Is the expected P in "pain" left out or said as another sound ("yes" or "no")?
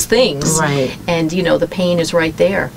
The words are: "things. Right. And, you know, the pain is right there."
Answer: no